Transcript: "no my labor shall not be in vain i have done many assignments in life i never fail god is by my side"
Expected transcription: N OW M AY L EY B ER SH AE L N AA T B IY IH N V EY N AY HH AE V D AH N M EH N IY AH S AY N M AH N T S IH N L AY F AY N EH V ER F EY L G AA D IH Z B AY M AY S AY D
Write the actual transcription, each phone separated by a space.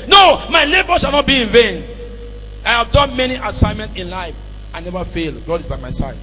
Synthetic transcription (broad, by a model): N OW M AY L EY B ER SH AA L N AA T B IY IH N V EY N AY HH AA V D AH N M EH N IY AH S AY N M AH N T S IH N L AY F AY N EH V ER F EY L G AA D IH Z B AY M AY S AY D